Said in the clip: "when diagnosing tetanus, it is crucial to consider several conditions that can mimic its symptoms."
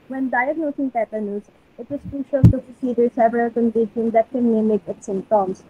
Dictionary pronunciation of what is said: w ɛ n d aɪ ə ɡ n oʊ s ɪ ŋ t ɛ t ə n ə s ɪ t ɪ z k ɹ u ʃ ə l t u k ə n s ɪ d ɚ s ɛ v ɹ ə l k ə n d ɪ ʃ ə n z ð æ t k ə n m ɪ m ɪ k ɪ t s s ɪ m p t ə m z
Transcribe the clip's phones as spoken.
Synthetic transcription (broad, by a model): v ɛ n d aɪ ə ɡ n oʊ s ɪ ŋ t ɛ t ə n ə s ɪ t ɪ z k ɹ u ʃ ə l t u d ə s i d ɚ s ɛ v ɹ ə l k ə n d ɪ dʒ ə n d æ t k ə n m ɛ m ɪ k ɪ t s s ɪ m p t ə m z